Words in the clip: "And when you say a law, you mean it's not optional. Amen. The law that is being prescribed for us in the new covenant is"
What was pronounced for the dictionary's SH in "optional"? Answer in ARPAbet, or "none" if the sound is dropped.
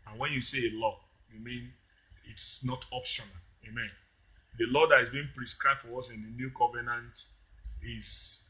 SH